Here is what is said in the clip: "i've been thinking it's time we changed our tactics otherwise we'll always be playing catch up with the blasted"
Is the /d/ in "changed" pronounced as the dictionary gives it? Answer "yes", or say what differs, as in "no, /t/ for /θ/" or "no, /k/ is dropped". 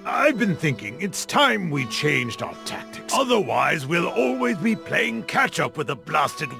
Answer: yes